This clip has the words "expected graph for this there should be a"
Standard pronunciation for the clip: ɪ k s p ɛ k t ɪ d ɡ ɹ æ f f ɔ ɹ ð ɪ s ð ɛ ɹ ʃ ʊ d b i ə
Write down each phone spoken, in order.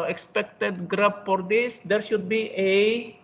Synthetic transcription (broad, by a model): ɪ k s p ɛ k t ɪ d ɡ ɹ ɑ p f ɔ ɹ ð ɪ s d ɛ ɹ ʃ ʊ d b i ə